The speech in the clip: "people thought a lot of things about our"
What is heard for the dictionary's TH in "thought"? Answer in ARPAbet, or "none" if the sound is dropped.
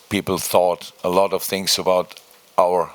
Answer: TH